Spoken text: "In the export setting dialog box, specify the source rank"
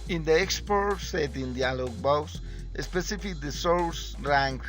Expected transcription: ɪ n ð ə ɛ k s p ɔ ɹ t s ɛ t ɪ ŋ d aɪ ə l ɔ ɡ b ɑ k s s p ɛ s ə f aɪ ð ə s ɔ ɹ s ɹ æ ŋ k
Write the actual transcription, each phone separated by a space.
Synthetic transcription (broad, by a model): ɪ n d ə ɛ k s p ɔ ɹ t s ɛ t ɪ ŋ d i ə l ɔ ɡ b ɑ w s s p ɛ s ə f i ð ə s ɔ l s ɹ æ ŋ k